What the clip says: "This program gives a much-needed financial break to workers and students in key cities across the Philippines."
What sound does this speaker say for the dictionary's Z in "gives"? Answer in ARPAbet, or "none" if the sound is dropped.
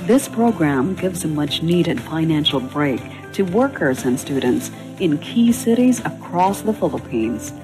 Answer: Z